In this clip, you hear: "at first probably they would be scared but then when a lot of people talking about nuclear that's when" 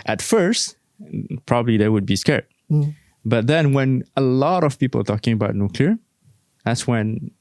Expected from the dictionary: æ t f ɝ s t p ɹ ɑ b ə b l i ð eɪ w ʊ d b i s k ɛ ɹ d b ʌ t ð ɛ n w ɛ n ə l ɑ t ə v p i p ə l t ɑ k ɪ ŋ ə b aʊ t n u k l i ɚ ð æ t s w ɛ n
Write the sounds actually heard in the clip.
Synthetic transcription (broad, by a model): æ t f ɝ s t p ɹ ɑ b ə b l i ð eɪ w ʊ d b i s k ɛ ɹ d b ʌ t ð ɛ n w ɛ n ə l ɑ t ə v p i p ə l t ɑ k ɪ ŋ ə b aʊ t n u k l i ɚ ð æ t s w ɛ n